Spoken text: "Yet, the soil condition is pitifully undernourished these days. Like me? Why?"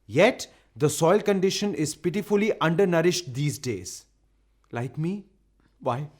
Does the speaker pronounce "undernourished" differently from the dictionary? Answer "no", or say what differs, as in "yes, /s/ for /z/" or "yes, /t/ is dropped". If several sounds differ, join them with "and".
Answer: no